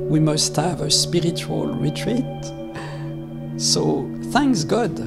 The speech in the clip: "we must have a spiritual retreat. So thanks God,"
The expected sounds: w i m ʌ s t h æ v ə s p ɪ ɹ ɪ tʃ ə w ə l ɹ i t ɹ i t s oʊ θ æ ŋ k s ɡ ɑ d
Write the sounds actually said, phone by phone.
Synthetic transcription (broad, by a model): w i m ʌ s t h æ v ə s p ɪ ɹ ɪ tʃ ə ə l ɹ i t ɹ i t s oʊ θ æ ŋ k s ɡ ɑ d